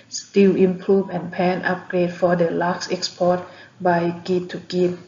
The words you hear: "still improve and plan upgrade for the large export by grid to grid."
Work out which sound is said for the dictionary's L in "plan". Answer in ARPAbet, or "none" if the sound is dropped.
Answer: none